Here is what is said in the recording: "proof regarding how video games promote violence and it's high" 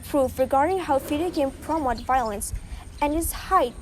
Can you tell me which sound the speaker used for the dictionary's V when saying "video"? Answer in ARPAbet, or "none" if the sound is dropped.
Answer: F